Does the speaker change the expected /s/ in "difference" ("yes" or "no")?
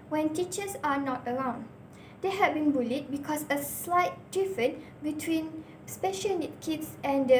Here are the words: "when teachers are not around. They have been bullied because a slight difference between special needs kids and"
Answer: yes